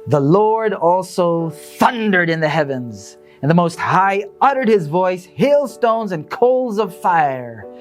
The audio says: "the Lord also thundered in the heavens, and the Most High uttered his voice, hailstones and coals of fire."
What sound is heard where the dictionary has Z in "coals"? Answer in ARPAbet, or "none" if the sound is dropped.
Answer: Z